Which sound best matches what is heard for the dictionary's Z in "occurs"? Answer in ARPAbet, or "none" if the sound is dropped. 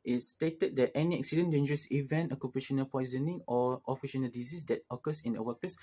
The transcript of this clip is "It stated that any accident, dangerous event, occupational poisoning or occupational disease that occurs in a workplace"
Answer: S